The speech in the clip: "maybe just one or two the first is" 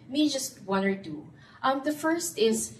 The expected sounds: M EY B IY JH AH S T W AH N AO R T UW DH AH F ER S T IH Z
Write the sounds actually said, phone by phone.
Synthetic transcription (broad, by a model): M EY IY JH AH S T W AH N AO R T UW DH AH F ER S T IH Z